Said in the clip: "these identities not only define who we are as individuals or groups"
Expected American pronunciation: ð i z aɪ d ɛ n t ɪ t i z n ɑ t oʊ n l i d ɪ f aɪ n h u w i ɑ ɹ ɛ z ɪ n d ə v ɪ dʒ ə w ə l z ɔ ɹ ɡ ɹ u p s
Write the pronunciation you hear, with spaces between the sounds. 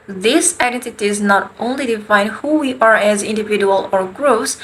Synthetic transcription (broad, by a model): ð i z aɪ d ɛ n t ɪ t i z n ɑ t oʊ n l i d ɪ f aɪ n h u w i ɑ ɹ ɛ z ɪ n d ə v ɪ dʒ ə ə l ɔ ɹ ɡ ɹ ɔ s